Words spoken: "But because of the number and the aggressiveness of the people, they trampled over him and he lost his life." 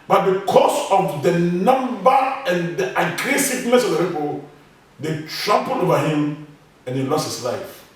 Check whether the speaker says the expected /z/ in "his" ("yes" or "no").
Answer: no